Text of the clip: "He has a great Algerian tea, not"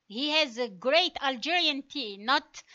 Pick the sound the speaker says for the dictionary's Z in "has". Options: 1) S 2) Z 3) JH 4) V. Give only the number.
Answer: 2